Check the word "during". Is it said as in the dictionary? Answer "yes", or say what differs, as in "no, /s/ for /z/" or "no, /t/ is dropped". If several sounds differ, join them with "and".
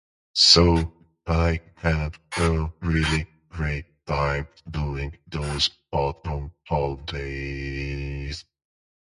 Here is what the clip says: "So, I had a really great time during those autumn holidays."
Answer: no, /ɹ/ is dropped